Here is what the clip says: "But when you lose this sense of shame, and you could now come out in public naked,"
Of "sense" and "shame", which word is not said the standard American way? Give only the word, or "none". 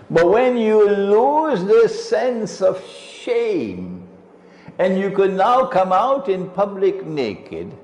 none